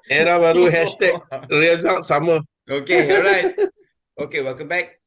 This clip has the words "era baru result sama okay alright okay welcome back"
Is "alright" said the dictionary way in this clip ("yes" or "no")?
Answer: no